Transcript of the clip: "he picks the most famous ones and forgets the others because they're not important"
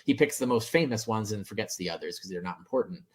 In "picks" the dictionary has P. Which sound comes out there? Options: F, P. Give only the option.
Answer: P